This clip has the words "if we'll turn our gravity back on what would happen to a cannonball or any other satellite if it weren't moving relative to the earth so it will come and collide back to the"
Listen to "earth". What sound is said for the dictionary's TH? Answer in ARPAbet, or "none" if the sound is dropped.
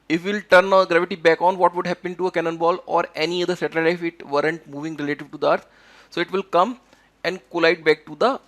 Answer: T